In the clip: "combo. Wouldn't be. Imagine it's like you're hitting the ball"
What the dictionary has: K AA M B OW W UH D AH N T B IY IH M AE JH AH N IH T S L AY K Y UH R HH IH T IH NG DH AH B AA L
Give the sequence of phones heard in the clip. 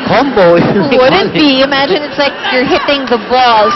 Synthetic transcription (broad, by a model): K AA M B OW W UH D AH T B IY IH M AE JH AH N IH T S L AY K Y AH R HH IH T IH NG DH AH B AA L